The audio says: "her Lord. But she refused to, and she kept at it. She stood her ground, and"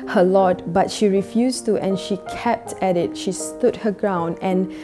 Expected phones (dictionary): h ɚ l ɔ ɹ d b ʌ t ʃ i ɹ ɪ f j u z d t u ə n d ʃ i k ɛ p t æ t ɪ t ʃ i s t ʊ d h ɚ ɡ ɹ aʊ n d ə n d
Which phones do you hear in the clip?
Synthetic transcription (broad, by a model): h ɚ l ɔ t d b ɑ t ʃ i ɹ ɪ f j u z t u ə n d ʃ i k ɛ p t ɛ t ɪ t ʃ i s t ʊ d h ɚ ɡ ɹ aʊ n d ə n